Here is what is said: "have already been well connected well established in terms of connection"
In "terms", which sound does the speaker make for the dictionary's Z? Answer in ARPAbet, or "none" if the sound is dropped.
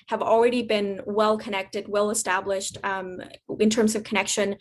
Z